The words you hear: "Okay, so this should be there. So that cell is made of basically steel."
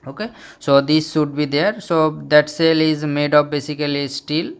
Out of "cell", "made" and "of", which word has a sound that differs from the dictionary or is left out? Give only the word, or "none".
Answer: of